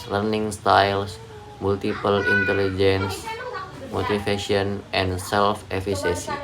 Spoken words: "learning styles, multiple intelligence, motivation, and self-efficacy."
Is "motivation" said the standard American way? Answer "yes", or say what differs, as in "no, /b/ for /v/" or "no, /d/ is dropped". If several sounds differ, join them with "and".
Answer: no, /f/ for /v/